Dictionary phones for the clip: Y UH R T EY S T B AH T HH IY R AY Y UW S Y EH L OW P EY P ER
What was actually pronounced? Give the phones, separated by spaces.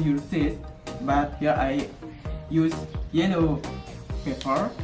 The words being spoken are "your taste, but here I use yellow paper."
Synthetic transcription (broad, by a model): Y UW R S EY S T B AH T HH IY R AY Y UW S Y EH N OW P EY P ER